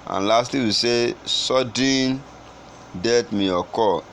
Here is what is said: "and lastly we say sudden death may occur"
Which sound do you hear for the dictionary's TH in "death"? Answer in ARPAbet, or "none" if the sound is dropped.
T